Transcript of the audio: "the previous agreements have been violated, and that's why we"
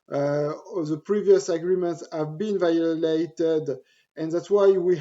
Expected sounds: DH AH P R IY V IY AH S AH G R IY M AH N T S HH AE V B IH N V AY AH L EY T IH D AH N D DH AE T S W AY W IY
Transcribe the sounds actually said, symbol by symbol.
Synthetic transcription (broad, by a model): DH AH P R IY V IY AH S AH G R IY M AH N T S HH AE V B IH N V AY AH L EY T IH D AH N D DH AE T S W AY W IY